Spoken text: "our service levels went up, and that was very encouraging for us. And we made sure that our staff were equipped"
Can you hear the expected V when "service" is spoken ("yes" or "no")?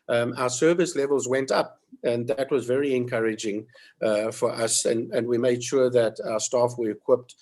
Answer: yes